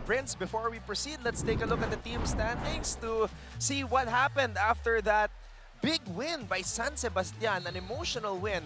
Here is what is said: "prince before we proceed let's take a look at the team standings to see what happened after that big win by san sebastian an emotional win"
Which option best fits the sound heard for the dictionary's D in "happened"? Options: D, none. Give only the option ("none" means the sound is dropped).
D